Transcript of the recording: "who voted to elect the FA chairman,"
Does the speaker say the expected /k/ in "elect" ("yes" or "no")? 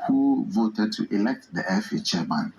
yes